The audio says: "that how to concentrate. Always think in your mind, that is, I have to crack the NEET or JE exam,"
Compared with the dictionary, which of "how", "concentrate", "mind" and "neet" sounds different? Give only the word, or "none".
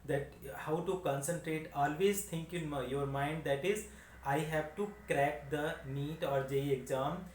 none